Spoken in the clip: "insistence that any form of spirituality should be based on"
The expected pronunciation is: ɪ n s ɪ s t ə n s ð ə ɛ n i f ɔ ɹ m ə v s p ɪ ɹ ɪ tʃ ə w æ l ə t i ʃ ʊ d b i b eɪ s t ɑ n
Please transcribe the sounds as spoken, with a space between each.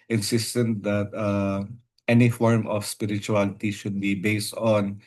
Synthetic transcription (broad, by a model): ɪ n s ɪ s t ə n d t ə ɛ n i f ɔ ɹ m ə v s p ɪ ɹ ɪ tʃ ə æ l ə t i ʃ ʊ d b i b eɪ s t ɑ n